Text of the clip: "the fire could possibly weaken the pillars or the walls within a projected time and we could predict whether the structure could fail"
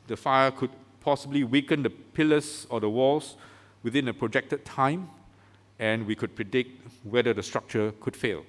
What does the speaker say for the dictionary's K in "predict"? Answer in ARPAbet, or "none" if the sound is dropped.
K